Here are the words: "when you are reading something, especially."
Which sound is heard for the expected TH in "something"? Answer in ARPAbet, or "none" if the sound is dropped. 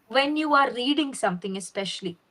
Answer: T